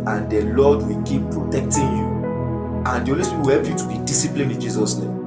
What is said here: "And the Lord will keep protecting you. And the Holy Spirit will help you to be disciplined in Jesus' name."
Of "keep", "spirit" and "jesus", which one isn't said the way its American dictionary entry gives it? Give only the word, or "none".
spirit